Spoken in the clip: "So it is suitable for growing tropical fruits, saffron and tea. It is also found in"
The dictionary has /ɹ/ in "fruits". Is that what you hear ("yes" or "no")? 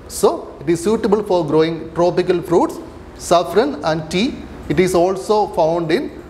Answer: yes